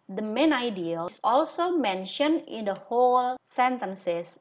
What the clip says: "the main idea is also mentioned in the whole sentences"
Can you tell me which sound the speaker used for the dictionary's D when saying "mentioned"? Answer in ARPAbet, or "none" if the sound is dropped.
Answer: D